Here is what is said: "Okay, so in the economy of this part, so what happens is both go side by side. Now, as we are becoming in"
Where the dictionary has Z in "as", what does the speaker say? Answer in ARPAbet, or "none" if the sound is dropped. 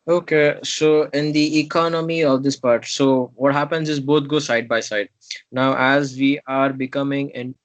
Z